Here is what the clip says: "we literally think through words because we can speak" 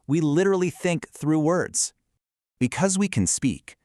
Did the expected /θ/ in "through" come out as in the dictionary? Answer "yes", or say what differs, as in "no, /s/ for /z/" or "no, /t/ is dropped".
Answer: yes